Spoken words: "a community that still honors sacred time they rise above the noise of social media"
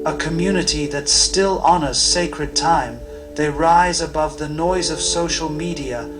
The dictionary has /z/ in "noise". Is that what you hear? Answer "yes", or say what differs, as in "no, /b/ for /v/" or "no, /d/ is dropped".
yes